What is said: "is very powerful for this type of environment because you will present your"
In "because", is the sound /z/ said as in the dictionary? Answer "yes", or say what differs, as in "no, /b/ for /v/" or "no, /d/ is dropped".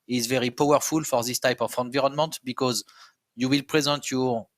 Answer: yes